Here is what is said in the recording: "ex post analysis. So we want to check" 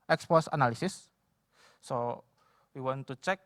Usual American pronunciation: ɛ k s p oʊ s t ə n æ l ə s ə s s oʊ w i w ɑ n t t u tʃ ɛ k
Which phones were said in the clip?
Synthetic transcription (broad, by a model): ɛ k s p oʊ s ə n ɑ l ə s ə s s oʊ w i w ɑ n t t u tʃ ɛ k